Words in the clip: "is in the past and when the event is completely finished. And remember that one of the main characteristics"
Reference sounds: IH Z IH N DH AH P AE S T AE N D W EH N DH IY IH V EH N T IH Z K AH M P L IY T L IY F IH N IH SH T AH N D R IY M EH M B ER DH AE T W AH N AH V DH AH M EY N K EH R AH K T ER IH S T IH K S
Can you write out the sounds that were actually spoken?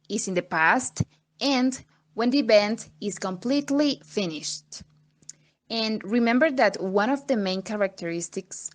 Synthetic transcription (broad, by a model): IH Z IH N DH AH P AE S T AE N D W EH N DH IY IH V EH N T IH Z K AH M P L IY T L IY F IH N IH SH T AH N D R IY M EH M B ER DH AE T W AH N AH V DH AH M EY N K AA R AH K T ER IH S T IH K S